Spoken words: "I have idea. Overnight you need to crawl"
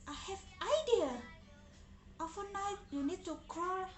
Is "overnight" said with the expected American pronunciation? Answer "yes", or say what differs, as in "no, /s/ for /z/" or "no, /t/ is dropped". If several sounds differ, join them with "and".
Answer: no, /f/ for /v/